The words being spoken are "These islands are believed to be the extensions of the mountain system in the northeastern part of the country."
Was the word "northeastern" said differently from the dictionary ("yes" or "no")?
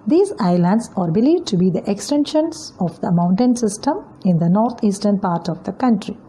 yes